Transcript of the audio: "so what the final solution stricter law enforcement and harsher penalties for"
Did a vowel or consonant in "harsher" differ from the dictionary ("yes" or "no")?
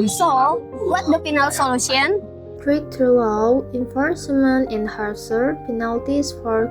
yes